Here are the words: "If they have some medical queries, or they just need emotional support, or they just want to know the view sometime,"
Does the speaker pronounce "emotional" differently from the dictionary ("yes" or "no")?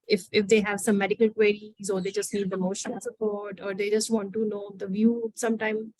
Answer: yes